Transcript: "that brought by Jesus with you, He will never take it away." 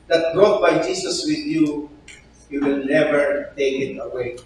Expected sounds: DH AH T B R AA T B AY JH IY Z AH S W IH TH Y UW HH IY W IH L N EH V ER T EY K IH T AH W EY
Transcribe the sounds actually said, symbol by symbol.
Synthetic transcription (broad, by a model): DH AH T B R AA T B AY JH IY S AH S W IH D Y UW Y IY W IH L N EH V ER T EY K IH T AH W EY